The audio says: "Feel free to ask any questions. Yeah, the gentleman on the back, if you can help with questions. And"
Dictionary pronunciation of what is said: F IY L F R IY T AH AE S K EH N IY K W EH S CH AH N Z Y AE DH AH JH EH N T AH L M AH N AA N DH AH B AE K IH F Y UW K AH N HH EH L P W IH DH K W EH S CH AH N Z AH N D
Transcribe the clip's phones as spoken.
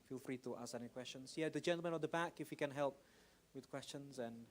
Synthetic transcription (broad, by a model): F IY L F R IY T AH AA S EH N IY K W EH S CH AH N Z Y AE DH AH JH EH N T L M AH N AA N DH AH B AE K IH F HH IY K AH N HH EH L P W IH DH K W EH S CH AH N Z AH N